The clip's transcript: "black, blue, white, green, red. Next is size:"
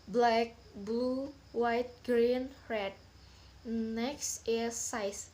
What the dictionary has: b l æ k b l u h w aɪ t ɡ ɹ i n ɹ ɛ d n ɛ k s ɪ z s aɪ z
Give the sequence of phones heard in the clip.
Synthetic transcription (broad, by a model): b l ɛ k b u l w aɪ t ɡ ɹ i n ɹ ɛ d n ɛ k s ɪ s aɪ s